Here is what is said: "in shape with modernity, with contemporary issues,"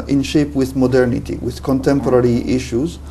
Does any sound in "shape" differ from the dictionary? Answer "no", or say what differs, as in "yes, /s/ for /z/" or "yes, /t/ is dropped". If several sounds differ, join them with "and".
no